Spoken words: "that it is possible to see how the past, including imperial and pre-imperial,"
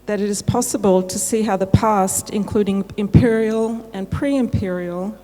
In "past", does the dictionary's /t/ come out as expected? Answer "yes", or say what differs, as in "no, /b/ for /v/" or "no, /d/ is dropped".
yes